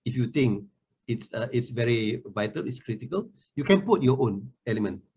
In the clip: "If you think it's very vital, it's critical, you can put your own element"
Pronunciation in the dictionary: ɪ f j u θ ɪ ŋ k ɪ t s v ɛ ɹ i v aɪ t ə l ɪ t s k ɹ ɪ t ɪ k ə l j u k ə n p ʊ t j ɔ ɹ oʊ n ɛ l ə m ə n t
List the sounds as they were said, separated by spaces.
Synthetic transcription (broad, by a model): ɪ f j u t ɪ ŋ k ɪ t s v ɛ ɹ i v aɪ t ə l ɪ t s k ɹ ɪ t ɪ k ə l j u k ə n p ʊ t j ɔ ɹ oʊ n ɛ l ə m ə n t